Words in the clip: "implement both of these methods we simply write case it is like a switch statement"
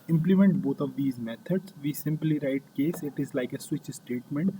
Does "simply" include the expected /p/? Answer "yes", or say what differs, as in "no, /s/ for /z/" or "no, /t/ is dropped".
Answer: yes